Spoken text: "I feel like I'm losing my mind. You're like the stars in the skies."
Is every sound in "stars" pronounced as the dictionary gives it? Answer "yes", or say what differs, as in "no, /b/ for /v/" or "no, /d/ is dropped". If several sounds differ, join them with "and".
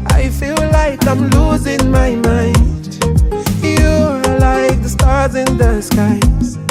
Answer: yes